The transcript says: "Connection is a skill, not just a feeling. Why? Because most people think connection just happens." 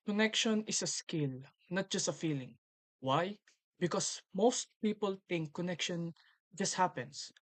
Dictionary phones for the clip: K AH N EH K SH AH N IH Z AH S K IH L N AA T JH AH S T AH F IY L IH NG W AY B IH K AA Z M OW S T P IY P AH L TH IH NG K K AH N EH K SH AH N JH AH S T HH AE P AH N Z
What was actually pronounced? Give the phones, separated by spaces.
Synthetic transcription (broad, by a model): K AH N EH K SH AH N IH S AH S K IH L N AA T JH AH S T AH F IY L IH NG W AY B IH K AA S M OW S T P IY P AH L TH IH NG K K AH N EH K SH AH N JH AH S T HH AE P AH N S